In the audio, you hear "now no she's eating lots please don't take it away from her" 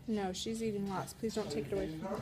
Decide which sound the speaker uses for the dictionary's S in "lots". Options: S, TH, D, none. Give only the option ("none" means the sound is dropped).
S